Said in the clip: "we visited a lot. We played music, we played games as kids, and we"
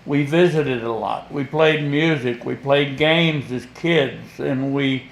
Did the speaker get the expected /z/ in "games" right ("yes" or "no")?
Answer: yes